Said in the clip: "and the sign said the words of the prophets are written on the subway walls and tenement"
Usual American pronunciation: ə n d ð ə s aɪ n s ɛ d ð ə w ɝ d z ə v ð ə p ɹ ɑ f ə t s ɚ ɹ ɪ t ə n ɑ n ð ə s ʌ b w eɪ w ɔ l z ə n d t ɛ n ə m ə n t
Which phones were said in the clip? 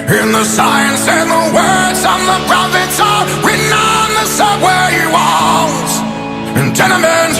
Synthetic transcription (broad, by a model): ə n ð ə s aɪ n s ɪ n ð ə w ɝ d z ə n ð ə p ɹ ɑ f ə t s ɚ w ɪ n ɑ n ð ə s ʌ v w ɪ w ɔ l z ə n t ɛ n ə m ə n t